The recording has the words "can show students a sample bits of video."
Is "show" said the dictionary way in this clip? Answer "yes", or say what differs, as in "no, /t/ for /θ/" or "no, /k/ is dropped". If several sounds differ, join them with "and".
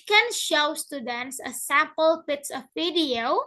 yes